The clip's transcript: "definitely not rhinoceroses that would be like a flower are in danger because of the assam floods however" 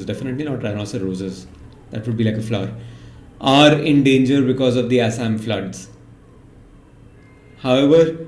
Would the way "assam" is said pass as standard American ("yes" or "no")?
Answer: yes